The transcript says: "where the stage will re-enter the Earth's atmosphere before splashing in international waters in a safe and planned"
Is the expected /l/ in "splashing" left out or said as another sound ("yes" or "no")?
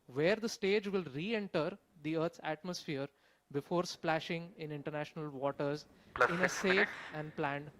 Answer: no